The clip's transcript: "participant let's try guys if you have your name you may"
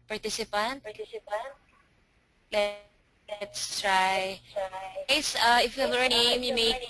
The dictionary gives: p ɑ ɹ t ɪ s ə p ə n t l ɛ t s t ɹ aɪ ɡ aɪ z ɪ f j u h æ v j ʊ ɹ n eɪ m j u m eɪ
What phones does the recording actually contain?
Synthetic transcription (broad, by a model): p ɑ ɹ t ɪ s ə p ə n t l ɛ t s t ɹ aɪ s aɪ ɪ f j u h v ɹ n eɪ m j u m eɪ